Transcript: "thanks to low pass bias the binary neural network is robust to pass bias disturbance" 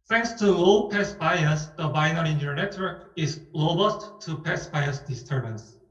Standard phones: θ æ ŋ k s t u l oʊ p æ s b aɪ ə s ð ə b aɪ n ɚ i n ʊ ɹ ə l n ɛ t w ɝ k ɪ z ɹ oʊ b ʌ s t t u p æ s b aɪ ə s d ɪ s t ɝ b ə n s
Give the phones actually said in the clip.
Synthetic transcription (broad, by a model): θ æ ŋ k s t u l p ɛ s b aɪ ə s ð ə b aɪ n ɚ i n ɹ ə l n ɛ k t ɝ ɪ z l oʊ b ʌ s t t u p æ s b aɪ ə s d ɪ s t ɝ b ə n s